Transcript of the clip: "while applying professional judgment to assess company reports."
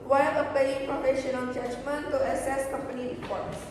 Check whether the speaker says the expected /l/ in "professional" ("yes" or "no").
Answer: no